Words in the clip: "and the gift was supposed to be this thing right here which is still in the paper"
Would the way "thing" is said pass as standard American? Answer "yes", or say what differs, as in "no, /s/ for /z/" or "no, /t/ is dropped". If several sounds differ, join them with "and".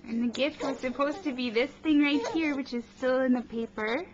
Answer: yes